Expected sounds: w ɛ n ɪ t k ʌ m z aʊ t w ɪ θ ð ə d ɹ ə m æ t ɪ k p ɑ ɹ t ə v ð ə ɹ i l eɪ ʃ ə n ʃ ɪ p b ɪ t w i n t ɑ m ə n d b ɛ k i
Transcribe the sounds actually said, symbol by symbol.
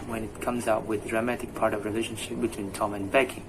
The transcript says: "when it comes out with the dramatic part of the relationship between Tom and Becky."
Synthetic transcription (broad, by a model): w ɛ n ɪ t k ʌ m z aʊ t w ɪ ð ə d ɹ ə m æ t ɪ k p ɑ ɹ t ə v ɹ i l eɪ ʃ ə n ʃ ɪ p b ɪ t w i n t ɑ m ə n b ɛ k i